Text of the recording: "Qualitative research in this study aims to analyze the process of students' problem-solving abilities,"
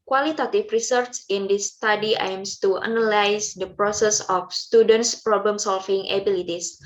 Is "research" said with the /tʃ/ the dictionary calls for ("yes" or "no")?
no